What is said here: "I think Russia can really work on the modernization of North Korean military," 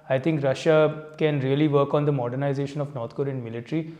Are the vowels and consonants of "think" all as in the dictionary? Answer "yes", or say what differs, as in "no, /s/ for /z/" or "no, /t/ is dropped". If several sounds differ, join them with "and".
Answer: no, /t/ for /θ/